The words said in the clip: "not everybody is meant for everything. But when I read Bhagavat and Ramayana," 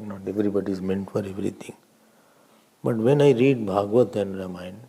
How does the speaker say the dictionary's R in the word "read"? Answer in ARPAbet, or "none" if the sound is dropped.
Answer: R